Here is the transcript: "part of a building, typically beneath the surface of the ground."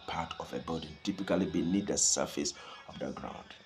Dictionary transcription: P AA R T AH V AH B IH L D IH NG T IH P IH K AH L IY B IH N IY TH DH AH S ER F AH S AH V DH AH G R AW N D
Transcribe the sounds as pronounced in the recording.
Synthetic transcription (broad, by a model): P AA T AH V AH B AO D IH T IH P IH K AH L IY B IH N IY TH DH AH S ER F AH S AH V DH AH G R AW N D